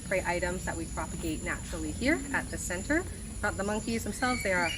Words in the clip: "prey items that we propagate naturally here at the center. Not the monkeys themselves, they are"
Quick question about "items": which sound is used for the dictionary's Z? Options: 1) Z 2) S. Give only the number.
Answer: 1